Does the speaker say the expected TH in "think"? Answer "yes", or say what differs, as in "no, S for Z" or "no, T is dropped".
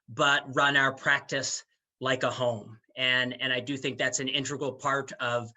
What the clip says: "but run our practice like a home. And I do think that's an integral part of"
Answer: yes